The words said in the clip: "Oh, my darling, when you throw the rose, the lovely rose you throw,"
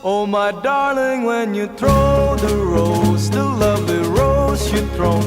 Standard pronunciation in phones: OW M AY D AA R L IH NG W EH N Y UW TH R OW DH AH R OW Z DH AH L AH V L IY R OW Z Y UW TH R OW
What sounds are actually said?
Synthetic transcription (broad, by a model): OW M AY D AA R L IH NG W EH N Y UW TH R OW DH AH R OW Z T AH L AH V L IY R OW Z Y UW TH R OW